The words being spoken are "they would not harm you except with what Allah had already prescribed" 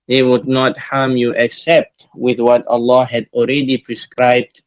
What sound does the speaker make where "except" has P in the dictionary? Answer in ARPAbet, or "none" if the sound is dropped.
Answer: P